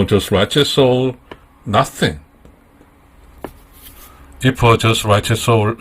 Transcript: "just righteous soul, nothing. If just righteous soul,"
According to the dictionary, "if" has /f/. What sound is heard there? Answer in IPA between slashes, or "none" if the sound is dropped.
/p/